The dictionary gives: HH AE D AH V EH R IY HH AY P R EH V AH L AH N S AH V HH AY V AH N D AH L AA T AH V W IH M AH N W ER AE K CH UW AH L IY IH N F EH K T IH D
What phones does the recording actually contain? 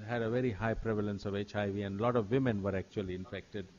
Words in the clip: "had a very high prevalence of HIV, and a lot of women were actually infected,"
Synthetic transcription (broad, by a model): HH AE D AH V EH R IY HH AY P R EH V AH L AH N S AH V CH AY V AH N D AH L AA T AH V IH M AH N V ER AE K CH UW AH L IY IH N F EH K T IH D